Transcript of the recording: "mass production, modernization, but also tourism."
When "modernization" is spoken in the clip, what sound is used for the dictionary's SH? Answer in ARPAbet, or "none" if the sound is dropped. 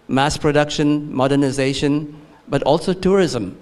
SH